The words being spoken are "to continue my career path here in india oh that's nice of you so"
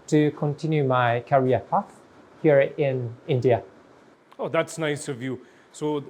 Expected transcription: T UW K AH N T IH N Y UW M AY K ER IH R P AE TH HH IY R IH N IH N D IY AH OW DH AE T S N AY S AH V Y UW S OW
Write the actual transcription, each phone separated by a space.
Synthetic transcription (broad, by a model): T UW K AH N T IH N Y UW M AY K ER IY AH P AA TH HH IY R IH N IH N D IY AH OW DH AE T S N AY S AH V Y UW S OW